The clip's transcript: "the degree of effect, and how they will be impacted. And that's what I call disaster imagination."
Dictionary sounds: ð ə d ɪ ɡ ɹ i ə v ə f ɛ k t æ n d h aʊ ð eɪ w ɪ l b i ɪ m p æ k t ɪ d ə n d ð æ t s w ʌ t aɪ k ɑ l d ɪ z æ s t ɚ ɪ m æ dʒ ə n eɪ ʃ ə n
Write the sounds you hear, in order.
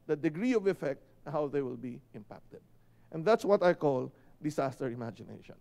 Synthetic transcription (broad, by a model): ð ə d ɪ ɡ ɹ i ə v ə f ɛ k t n h aʊ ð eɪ w ɪ l b i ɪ m p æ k t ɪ d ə n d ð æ t s w ʌ t aɪ k ɑ l d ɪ s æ s t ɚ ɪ m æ dʒ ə n eɪ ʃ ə n